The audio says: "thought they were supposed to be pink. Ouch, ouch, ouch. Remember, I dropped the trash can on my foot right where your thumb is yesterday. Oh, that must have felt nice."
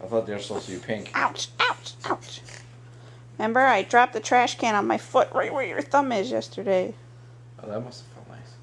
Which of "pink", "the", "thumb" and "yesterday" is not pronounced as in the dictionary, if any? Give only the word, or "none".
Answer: none